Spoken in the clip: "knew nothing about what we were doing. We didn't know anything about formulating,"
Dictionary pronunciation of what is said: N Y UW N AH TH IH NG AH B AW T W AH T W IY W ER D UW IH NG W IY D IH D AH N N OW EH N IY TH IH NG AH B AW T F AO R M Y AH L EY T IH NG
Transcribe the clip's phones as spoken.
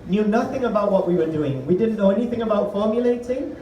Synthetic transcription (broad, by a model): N Y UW N AH TH IH NG AH B AW T W AH T W IY W ER D UW IH NG W IY D IH D N N OW EH N IY TH IH NG AH B AW T F AO R M Y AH L EY T IH NG